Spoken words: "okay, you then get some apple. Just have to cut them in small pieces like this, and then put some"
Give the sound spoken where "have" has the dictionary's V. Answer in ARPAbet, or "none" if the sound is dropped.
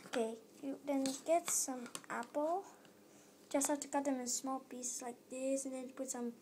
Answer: F